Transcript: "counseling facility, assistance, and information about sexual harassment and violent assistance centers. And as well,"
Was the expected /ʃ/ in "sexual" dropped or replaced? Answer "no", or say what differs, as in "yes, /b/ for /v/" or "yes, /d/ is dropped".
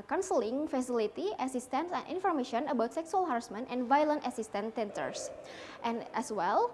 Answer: yes, /s/ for /ʃ/